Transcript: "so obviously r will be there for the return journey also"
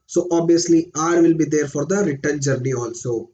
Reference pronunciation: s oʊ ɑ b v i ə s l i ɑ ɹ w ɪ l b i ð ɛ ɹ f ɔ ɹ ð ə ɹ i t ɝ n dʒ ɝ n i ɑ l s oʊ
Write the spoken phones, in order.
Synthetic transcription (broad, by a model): s oʊ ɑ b i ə s l i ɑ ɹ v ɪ l b i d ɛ ɹ f ɔ ɹ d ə ɹ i t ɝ n dʒ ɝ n i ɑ l s oʊ